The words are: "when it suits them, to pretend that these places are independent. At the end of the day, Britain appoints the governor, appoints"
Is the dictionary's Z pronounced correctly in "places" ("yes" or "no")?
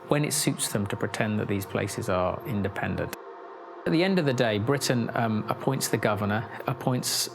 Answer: yes